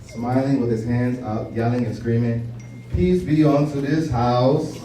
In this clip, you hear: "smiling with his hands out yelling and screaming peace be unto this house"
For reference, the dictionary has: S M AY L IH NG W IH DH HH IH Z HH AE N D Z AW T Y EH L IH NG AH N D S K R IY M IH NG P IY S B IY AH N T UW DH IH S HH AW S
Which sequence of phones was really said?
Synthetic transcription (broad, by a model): S M AY L IH NG W IH DH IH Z HH AE N D Z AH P Y EH L IH NG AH N S K R IY M IH NG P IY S B IY AH N T UW DH IH S HH AW S